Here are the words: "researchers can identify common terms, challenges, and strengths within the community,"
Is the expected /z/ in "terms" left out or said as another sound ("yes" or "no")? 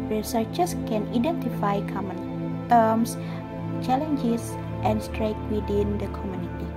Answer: yes